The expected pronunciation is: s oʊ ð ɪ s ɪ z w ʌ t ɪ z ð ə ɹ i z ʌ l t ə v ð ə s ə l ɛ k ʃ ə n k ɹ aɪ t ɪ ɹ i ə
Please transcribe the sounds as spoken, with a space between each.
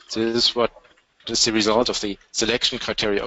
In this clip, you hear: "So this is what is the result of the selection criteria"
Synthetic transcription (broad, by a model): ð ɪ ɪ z w ʌ t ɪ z ð ə ɹ i z ʌ l t ə v ð ə s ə l ɛ k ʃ n k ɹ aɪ t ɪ ɹ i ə